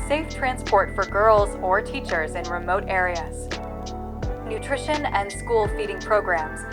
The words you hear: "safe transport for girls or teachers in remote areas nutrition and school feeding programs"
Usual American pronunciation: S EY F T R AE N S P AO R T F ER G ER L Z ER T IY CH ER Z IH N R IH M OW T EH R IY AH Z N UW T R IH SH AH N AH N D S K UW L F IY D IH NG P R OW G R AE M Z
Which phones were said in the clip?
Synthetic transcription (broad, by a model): S EY F T R AE N S P AO R T F ER G ER L Z ER T IY CH ER Z IH N R IH M OW T EH R IY AH Z N UW T R IH SH AH N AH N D S K UW L F IY D IH NG P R OW G R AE M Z